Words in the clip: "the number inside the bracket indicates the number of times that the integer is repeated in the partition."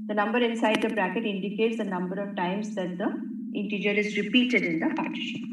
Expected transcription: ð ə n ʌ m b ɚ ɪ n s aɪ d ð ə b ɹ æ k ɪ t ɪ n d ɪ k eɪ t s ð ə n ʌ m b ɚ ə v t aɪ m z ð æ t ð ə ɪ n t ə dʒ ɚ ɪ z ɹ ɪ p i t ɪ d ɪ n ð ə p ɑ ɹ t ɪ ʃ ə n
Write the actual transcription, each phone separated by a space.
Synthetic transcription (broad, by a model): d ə n ʌ m b ɚ ɪ n s aɪ d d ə b ɹ æ k ɪ t ɪ n d ɪ k eɪ t s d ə n ʌ m b ɚ ə v t aɪ m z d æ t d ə ɪ n t ə dʒ ɚ ɪ z ɹ ɪ p i t ɪ d ɪ n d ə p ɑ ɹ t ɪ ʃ